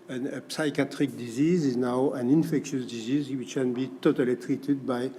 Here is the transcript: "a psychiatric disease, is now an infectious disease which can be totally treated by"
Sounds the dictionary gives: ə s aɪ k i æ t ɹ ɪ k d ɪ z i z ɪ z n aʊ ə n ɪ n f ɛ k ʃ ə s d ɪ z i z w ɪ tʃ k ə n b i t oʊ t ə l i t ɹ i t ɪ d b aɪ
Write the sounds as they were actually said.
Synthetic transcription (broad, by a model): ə s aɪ k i t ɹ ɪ k d ɪ z i z ɪ z n aʊ ə n ɪ n f ɛ k ʃ ə s d ɪ z i z w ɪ tʃ k ə n b i t oʊ t ə l i t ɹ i t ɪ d b aɪ